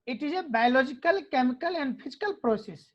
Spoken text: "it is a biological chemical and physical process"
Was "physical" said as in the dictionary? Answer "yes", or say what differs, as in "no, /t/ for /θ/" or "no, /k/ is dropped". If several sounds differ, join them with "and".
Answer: no, /p/ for /f/